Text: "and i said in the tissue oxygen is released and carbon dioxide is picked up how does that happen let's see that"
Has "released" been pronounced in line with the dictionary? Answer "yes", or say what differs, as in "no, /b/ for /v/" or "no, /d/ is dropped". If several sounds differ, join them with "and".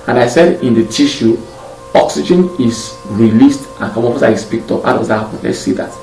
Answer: yes